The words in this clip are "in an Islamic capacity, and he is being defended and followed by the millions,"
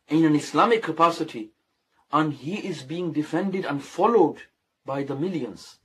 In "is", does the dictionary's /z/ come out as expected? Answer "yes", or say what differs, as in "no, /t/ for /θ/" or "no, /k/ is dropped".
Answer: yes